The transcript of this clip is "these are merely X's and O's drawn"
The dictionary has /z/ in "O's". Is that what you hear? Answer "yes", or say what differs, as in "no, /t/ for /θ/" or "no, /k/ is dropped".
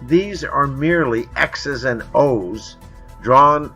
yes